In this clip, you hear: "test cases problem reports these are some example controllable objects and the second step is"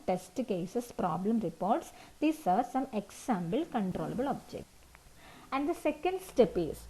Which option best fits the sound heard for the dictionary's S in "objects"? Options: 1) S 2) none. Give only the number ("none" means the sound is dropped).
2